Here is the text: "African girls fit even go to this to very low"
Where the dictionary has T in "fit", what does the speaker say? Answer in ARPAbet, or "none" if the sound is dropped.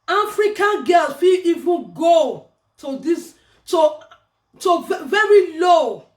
none